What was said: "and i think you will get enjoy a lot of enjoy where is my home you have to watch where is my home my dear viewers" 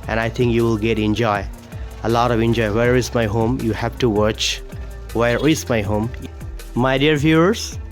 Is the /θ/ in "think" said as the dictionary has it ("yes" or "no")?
no